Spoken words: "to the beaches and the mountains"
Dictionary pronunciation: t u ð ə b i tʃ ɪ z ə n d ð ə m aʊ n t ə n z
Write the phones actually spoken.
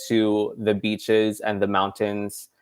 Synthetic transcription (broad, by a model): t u ð ə b i tʃ ɪ z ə n ð ə m aʊ n t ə n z